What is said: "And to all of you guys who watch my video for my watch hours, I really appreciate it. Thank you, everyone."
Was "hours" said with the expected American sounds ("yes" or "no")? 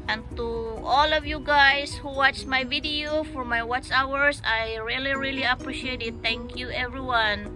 no